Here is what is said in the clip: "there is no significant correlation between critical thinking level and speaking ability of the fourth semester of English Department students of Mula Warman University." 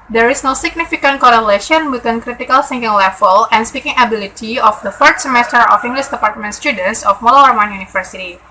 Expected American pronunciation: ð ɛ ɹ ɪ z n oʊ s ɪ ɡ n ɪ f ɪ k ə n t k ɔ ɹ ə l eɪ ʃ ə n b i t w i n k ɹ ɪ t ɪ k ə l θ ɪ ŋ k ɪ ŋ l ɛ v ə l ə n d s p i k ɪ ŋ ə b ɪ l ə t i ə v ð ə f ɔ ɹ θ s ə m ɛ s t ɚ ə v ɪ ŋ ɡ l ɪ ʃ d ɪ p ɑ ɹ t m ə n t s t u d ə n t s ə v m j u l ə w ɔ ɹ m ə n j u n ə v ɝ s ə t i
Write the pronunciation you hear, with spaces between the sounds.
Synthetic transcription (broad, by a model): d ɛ ɹ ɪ s n oʊ s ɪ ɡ n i f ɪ k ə n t k ɔ ɹ ə l eɪ ʃ ə n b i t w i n k ɹ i t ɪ k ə l s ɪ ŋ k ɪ ŋ l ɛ f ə l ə n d s p i k ɪ ŋ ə b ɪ l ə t i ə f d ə f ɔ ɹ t s ə m ɛ s t ɚ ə f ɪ ŋ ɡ l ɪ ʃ d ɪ p ɑ ɹ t m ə n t s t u d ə n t s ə f m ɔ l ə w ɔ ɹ m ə n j u n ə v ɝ s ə t i